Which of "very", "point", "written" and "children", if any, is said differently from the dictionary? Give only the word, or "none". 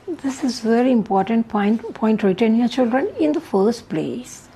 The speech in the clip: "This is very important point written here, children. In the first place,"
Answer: none